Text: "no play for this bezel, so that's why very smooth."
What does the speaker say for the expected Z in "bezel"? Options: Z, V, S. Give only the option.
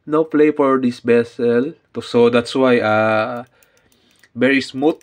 S